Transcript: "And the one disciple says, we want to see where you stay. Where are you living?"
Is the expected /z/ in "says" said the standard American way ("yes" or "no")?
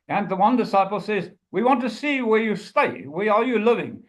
yes